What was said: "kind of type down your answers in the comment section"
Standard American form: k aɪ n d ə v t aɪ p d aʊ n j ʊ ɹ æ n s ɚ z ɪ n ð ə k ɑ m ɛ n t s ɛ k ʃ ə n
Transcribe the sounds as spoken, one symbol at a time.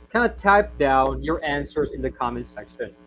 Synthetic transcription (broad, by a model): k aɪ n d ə t aɪ p d aʊ n j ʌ ɹ æ n s ɚ z ɪ n ð ə k ɑ m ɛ n s ɛ k ʃ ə n